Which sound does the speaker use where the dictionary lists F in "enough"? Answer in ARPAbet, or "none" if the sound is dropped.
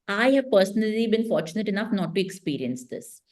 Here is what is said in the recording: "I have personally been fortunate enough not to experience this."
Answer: F